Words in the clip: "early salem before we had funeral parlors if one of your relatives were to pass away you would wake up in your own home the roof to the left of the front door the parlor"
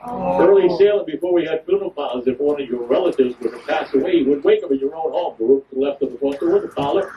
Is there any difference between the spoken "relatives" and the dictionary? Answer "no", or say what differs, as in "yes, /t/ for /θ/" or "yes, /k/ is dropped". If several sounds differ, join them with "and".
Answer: no